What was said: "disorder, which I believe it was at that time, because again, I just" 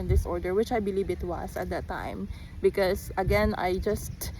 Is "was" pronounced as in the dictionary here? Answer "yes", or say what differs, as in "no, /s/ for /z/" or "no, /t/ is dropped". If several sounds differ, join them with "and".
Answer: no, /s/ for /z/